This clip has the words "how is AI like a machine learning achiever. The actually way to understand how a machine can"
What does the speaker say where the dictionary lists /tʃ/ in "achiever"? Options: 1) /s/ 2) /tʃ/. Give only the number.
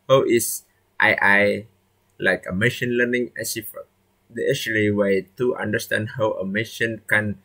1